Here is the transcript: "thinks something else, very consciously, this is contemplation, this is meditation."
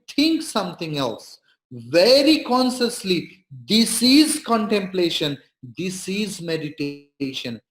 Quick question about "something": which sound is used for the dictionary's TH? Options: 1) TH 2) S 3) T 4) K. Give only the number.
3